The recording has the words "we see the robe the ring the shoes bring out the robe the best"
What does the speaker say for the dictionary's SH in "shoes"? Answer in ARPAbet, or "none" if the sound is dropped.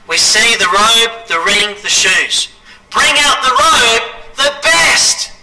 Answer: SH